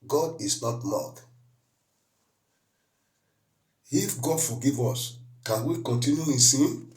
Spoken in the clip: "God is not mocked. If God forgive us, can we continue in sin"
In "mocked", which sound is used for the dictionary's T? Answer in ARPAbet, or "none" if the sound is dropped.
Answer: none